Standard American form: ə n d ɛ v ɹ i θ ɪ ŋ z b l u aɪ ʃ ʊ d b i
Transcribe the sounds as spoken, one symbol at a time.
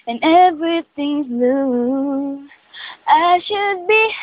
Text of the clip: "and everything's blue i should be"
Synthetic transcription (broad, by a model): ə n ɛ v ɹ i θ ɪ ŋ z l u aɪ ʃ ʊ d b i